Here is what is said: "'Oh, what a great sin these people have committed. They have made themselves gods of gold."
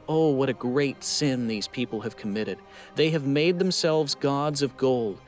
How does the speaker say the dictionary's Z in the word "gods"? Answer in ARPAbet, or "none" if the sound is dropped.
Z